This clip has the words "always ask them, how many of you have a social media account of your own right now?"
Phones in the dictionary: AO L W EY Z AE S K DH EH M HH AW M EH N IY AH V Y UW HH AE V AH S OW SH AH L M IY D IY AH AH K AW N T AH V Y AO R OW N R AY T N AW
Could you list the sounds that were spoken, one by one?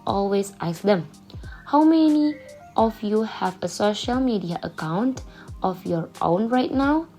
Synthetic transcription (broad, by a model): AO L W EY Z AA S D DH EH M HH AW M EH N IY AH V Y UW HH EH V AH S OW SH AH L M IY D IY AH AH K AW N T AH F Y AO R OW N R AY T N AW